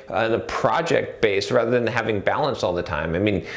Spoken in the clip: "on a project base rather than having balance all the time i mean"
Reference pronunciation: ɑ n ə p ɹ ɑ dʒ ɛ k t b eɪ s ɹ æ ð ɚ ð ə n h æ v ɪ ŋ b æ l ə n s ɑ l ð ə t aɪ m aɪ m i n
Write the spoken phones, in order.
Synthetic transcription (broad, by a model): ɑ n ə p ɹ ɑ dʒ ɛ k t b eɪ s ɹ æ ð ɚ ð ə n h æ v ɪ ŋ b æ l ə n s ɑ l ð ə t aɪ m aɪ m i n